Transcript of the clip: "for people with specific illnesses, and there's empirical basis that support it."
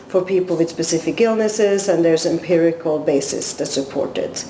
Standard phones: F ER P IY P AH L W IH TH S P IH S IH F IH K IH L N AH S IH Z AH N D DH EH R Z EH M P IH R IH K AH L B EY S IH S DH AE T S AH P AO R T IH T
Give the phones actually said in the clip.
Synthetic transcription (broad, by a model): F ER P IY P L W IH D S P IH S IH F IH K IH L N AH S IH Z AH N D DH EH R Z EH M P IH R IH K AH L B EY S IH S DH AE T S AH P AO R T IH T